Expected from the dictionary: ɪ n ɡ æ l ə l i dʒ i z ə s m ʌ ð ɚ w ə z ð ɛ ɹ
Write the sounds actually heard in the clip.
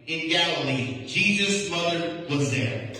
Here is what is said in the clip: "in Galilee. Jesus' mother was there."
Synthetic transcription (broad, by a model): ɪ n ɡ æ l ə l i dʒ i z ə s m ʌ ð ɚ w ə z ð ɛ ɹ